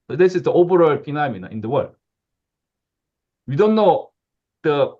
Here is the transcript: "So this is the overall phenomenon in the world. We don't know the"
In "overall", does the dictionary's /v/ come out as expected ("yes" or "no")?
no